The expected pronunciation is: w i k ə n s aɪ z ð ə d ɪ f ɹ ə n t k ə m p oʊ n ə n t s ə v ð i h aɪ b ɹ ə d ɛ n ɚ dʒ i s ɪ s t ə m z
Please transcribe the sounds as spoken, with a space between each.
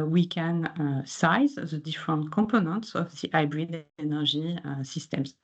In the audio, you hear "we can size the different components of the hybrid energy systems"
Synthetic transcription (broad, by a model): w i k ə n s aɪ z ð ə d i f ɹ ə n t k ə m p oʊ n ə n t s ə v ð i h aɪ b ɹ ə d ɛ n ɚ ʒ i s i s t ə m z